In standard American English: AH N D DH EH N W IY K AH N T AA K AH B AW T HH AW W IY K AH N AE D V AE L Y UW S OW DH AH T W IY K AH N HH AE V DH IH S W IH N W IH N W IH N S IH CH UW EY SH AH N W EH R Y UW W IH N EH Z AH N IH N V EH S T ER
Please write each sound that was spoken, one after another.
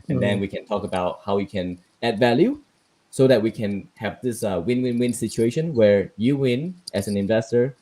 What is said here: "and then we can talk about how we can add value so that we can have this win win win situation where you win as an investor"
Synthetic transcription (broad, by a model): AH N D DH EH N W IY K AH N T AA K AH B AW T HH AW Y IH K AH N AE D V AE L Y UW S OW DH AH T W IY K AH N HH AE V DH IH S W IH N W IH N W IH N S IH CH UW EY SH AH N W EH R Y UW W IH N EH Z AH N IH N V EH S T ER